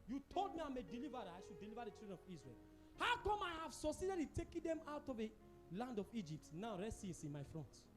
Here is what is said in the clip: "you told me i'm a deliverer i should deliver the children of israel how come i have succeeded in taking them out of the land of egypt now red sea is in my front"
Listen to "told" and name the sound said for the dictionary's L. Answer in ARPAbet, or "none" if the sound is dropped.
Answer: L